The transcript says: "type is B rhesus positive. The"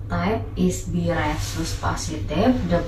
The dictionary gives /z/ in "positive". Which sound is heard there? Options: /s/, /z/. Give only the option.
/s/